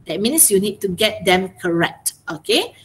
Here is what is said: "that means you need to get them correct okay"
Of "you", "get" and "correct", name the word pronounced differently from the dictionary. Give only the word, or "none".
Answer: none